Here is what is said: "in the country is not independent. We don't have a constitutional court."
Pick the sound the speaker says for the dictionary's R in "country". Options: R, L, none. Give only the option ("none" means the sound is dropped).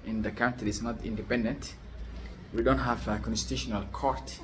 none